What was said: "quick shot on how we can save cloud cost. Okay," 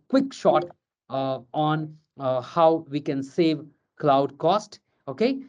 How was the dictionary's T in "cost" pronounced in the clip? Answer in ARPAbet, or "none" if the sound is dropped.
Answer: T